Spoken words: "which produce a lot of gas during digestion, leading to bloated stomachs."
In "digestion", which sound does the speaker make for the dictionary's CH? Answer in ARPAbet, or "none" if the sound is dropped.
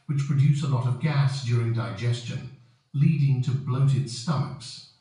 CH